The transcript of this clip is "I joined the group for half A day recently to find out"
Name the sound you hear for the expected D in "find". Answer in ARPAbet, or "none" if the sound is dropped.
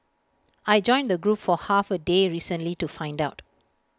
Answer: D